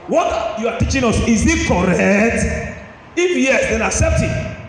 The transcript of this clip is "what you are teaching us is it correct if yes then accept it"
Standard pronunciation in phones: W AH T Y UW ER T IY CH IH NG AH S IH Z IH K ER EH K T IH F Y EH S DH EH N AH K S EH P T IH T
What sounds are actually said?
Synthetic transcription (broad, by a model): W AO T Y UW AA T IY CH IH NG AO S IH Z IH K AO EH K T IH F Y EH S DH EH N AH K S EH P T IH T